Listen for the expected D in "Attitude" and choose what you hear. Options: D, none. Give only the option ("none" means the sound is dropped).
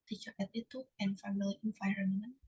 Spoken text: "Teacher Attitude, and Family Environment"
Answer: none